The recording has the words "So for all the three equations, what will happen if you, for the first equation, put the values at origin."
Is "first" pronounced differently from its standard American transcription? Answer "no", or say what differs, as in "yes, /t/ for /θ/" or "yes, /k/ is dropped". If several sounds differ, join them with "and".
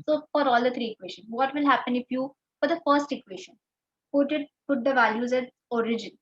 no